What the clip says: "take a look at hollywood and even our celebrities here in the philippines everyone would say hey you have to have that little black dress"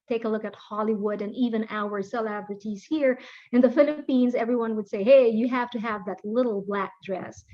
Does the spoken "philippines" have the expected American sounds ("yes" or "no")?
yes